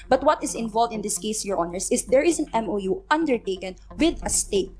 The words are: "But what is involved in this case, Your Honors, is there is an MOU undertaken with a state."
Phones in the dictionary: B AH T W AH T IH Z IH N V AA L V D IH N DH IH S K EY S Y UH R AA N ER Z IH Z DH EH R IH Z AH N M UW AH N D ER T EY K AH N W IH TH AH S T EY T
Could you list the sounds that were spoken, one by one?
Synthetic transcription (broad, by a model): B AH T W AH T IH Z IH N V AA L V D IH N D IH S K EY S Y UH R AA N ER S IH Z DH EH R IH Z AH N M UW AH N D ER T EY K AH N W IH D AH S T EY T